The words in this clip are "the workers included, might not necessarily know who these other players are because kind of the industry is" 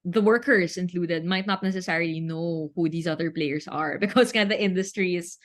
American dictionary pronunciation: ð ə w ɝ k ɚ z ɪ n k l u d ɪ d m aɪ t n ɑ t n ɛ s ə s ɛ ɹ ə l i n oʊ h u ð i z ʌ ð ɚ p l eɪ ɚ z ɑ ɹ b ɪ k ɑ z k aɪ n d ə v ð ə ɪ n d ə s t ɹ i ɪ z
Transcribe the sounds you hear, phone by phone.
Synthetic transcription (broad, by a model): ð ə w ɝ k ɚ s ɪ n k l u d ɪ d m aɪ t n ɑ t n ɛ s ə s ɛ ɹ ə l i n oʊ h u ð i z ʌ ð ɚ p l eɪ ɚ s ɑ ɹ b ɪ k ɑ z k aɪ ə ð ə ɪ n d ə s t ɹ i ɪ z